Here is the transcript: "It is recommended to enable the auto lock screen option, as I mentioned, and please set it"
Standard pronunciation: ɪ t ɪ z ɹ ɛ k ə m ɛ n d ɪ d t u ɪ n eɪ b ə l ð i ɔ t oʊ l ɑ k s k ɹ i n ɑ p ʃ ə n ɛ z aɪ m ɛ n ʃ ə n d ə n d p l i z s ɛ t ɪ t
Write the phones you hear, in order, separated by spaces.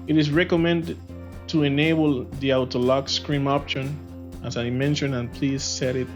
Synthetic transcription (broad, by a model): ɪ t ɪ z ɹ ɛ k ə m ɛ n d ɪ d t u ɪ n eɪ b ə l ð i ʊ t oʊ l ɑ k s k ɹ i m ɑ p ʃ ə n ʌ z aɪ m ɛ n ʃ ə n ə n p l i z s ɛ t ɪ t